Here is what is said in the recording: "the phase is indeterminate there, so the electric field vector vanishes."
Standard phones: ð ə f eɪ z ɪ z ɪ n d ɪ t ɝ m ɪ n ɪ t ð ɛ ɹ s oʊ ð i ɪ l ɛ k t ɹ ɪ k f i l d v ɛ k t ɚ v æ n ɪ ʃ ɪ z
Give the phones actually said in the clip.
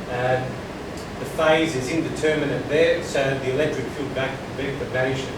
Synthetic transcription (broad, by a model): ð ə f eɪ z ɪ z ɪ n d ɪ t ɝ m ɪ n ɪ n ð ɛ ɹ s oʊ ð i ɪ l ɛ k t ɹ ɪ k f i l d b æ k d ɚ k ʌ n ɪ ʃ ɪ